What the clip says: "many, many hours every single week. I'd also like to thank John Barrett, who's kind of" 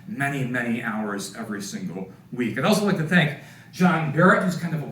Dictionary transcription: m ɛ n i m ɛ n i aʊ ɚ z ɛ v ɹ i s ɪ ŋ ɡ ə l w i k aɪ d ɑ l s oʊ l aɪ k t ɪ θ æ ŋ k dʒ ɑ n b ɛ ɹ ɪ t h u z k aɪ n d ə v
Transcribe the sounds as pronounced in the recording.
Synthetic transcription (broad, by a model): m ɛ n i m ɛ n i aʊ ɚ z ɛ v ɹ i s ɪ ŋ ɡ l w i k aɪ d ɑ l s oʊ l aɪ k t ɪ θ æ ŋ k dʒ ɑ n b ɛ ɹ ɪ t h u z k aɪ n d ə v